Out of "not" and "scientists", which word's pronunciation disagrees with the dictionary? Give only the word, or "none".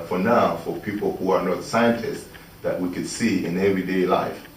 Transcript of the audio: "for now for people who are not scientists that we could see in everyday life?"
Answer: none